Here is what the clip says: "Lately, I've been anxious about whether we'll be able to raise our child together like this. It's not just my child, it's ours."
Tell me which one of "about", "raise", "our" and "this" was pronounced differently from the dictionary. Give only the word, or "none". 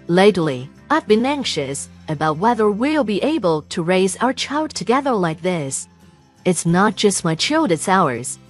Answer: none